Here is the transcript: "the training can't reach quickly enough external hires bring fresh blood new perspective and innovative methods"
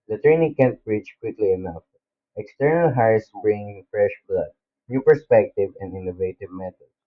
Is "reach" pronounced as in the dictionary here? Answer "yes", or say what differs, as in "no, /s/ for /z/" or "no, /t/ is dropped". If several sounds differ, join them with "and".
yes